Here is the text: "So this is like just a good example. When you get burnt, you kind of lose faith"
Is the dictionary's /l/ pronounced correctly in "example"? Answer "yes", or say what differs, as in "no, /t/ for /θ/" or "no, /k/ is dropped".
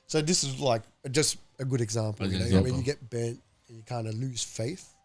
no, /n/ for /l/